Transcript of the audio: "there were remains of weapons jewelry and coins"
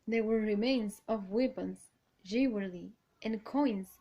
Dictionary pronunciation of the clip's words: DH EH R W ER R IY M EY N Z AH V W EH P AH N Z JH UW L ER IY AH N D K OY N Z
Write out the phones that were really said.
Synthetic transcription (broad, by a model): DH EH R W ER R IY M EY N Z AH V W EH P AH N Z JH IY W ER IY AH N K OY N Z